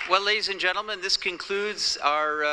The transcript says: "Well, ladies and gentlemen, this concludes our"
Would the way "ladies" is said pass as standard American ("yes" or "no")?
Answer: yes